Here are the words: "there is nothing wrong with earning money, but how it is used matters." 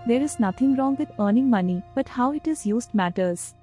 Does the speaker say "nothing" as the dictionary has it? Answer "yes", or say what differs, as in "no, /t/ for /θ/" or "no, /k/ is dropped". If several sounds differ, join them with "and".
no, /t/ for /θ/